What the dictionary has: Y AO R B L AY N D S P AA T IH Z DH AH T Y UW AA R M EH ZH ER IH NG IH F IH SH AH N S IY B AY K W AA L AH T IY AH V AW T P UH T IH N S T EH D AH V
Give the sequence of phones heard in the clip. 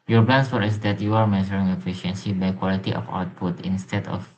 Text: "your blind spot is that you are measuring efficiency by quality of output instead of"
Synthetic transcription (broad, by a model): Y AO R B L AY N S F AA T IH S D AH T Y UW AA R M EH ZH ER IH NG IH F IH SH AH N S IY B AY K W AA L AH T IY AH F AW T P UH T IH N S T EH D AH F